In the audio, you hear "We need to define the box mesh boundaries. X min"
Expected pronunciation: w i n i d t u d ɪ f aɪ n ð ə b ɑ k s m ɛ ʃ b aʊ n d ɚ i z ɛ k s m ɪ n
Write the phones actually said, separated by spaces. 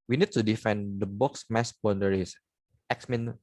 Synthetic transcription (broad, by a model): w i n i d t u d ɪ f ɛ n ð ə b ɑ k s m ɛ s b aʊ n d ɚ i s ɛ k s m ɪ n